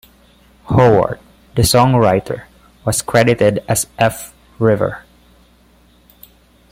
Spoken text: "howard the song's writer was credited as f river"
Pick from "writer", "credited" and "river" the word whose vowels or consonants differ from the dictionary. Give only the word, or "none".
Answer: none